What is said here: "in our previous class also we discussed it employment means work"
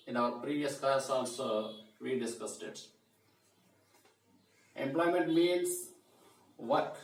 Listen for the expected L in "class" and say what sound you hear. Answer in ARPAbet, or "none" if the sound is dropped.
none